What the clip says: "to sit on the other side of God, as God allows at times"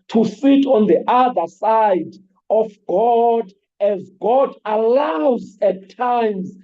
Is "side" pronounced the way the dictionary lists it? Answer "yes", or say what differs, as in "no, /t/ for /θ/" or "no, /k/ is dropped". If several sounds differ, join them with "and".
yes